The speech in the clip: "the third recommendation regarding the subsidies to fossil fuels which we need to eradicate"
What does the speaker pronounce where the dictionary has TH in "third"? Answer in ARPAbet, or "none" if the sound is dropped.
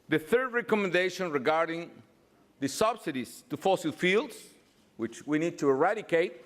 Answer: TH